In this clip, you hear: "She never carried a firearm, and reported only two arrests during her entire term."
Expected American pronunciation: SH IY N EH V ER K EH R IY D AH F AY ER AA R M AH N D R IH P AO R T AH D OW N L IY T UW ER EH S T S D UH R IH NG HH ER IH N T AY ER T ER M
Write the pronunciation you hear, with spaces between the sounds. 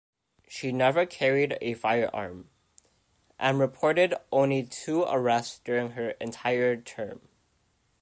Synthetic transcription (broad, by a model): SH IY N EH V ER K EH R IY D AH F AY ER AA R M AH N R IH P AO R T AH D OW N L IY T UW ER EH S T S D UH R IH NG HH ER IH N T AY ER T ER M